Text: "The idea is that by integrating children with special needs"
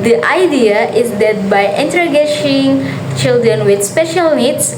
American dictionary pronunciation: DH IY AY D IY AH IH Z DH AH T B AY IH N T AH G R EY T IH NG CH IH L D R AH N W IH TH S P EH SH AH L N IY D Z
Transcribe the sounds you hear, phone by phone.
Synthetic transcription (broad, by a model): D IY AY D IY AH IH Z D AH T B AY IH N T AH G EY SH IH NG CH IH L D R AH N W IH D S P EH SH AH L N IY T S